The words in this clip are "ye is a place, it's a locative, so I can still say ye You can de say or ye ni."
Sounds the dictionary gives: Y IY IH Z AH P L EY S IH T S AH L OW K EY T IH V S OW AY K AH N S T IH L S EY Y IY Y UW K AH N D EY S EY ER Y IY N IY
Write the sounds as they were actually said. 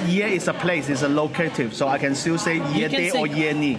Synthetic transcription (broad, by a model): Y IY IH S AH P L EY S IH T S AH L OW K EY T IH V S OW AY K AH N S T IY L S EY Y IY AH D EY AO Y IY N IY